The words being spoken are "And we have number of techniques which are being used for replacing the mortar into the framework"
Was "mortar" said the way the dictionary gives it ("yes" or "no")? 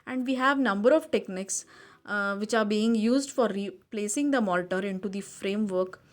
no